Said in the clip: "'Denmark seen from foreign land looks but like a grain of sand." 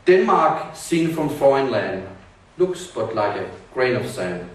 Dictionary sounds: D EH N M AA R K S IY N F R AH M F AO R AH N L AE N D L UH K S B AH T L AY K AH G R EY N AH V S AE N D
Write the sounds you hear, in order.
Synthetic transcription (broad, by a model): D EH N M AA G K S IY N F R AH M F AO AH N L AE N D L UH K S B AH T L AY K AH G R EY N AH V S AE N